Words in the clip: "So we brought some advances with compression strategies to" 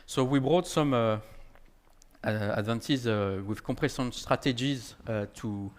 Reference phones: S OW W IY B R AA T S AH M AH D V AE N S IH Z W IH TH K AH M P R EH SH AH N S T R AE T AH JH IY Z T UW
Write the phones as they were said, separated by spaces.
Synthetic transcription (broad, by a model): S OW W IY B R AA T S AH M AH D V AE N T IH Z W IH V K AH P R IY S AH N S T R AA T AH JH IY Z T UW